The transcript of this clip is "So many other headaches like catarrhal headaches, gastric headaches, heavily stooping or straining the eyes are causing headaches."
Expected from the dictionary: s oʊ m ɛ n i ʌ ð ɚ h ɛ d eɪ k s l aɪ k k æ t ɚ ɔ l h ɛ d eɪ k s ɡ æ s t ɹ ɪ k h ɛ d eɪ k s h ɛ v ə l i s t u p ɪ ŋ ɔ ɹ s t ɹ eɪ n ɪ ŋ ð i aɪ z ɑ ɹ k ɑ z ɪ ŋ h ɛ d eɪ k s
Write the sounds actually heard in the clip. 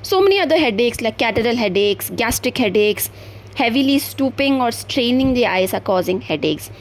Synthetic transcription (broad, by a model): s oʊ m ɛ n i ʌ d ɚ h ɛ d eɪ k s l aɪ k k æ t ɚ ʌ l h ɛ d eɪ k s ɡ æ s t ɹ ɪ k h ɛ d eɪ k s h ɛ v ə l i s t u p ɪ ŋ ɔ ɹ s t ɹ eɪ n ɪ ŋ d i aɪ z ɑ ɹ k ɑ z ɪ ŋ h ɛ d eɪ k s